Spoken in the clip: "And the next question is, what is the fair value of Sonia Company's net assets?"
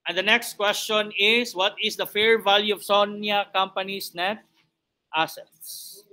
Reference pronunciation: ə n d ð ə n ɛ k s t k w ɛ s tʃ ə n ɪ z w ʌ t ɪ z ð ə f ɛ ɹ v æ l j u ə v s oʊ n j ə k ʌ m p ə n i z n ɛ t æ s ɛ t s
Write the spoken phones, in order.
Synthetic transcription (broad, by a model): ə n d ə n ɛ k s t k w ɛ s tʃ ə n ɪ s w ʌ t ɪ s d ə f ɛ ɹ v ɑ l j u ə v s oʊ n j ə k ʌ m p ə n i s n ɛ t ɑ s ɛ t s